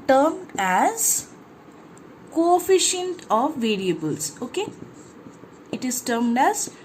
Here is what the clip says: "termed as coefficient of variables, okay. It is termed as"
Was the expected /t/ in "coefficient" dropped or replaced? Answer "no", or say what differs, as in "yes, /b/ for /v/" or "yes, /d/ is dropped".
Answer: no